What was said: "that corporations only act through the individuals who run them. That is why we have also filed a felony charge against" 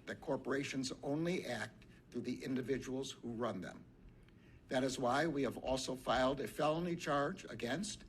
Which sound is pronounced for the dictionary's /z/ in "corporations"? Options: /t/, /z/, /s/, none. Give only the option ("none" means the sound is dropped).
/z/